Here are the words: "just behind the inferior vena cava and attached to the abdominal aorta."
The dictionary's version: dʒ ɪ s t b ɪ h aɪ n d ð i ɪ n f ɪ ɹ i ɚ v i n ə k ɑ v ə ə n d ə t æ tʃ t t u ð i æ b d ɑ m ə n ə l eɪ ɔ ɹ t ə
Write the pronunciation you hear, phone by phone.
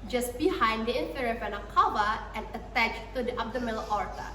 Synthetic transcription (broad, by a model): dʒ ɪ s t b ɪ h aɪ n d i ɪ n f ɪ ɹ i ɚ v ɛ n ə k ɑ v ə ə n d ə t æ tʃ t t u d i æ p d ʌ m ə l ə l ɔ ɹ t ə